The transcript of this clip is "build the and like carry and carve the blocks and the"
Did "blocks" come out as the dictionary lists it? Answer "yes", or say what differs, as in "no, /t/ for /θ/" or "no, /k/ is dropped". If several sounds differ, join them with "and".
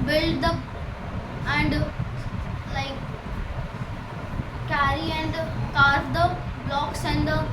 yes